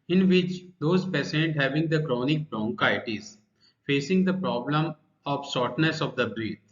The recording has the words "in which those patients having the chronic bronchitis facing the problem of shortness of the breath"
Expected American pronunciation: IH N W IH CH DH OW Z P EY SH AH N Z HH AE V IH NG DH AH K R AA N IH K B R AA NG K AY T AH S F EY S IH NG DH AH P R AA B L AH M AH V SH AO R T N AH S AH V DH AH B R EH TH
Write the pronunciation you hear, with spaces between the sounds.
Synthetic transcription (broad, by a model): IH N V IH CH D OW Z P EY S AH N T HH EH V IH NG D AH K R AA N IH K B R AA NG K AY T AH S F EY S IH NG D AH P R AA B L AH M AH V S AO R T N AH S AH V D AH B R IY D